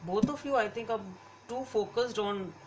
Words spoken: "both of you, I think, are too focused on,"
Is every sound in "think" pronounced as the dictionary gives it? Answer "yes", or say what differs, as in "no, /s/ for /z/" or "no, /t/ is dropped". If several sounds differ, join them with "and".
no, /t/ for /θ/